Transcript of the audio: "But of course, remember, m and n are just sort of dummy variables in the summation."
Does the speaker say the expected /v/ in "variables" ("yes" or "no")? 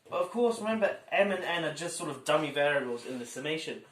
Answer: yes